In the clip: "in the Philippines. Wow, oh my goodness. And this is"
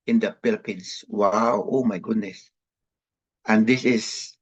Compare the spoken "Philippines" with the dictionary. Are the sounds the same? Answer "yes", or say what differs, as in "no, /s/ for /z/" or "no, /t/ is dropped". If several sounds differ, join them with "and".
no, /p/ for /f/ and /s/ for /z/